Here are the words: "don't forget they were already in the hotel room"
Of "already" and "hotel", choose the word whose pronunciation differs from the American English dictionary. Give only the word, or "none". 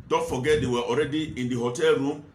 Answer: none